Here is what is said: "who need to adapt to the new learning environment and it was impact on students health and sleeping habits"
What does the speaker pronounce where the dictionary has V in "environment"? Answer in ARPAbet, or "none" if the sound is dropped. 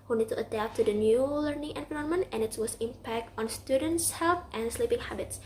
P